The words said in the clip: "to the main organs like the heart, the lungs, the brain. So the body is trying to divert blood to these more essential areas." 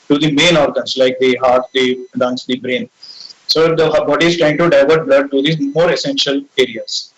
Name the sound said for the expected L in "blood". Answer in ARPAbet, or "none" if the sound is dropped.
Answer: L